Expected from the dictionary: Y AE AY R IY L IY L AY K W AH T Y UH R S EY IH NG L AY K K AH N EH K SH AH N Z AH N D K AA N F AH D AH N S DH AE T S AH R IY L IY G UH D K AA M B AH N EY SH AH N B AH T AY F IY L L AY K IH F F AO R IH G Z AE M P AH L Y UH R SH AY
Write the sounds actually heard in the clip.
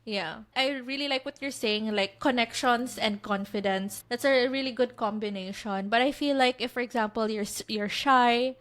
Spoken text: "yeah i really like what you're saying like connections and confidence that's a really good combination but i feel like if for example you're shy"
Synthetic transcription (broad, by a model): Y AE AY R IY L IY L AY K W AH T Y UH R S EY IH NG L AY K K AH N EH K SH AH N S AH N D K AA N F AH D AH N S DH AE T S AH R IY L IY G UH D K AA M B AH N EY SH AH N B AH T AY F IY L L AY K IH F F AO R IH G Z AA M P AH L Y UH R SH AY